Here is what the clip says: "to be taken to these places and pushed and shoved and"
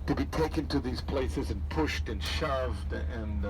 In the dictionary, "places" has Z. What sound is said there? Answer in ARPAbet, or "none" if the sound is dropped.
Z